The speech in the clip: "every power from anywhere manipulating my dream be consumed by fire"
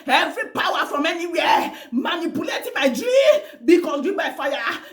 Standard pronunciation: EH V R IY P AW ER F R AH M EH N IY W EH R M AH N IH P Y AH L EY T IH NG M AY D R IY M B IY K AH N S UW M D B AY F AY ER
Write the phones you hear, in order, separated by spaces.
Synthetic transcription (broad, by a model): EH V R IY P AW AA F R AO M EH N IY W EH M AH N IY P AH L EY T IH M AY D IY B IY K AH S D B AY F AY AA